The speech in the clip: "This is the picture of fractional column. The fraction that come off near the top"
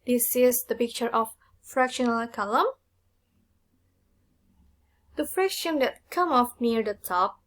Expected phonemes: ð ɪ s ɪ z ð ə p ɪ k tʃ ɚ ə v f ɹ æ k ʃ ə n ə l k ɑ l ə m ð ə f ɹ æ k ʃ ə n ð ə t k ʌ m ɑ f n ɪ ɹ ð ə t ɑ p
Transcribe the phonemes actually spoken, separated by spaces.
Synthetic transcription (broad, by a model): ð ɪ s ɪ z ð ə p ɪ k tʃ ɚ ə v f ɹ æ k ʃ ə n ə l k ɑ l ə m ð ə f ɹ æ k ʃ ə n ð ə t k ʌ m ɑ f n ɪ ɹ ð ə t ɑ p